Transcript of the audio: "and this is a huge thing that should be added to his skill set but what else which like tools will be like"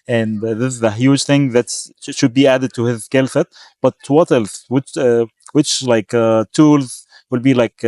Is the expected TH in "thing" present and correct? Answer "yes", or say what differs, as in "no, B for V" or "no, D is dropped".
yes